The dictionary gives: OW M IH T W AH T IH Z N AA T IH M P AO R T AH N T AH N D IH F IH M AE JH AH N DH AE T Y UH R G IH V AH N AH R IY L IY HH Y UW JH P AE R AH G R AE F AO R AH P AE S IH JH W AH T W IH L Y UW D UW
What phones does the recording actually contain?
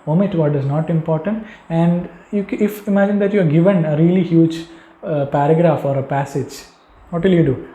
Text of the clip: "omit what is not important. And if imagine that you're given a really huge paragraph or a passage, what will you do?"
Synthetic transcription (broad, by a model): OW M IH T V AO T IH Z N AA T IH M P AO R T AH N T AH N D IH F IH M AE JH AH N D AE T Y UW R G IH V AH N AH R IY L IY HH Y UW JH P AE R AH G R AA F AO R AH P AE S IH JH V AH T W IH L Y UW D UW